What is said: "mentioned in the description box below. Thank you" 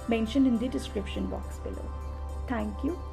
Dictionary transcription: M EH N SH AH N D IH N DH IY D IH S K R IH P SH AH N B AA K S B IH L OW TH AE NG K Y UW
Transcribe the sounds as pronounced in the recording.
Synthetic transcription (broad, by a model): M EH N SH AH N D IH N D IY D IH S K R IH P SH AH N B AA K S B IH L OW T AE NG K Y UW